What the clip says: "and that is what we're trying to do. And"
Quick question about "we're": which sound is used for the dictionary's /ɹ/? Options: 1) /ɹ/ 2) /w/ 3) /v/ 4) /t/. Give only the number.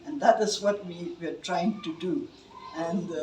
2